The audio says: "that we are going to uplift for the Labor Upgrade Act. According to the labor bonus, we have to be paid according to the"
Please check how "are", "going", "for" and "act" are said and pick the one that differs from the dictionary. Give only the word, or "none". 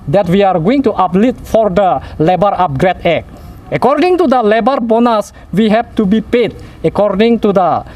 act